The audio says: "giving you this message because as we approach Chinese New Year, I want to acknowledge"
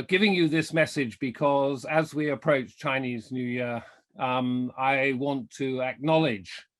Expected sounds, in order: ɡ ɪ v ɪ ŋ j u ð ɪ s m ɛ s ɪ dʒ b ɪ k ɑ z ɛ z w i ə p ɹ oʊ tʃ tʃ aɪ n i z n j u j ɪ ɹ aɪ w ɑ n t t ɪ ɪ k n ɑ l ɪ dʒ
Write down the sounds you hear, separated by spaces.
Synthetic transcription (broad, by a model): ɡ ɪ v ɪ ŋ j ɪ ð ɪ s m ɛ s ɪ dʒ b ɪ k ɑ z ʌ z w i ə p ɹ oʊ tʃ tʃ aɪ n i z n j u j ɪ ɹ aɪ w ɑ n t t ɪ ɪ k n ɑ l ɪ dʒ